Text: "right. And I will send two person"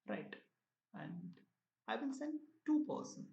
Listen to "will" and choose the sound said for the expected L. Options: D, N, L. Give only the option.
N